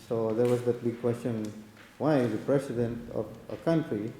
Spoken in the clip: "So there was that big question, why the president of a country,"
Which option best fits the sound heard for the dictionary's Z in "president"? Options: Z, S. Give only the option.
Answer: S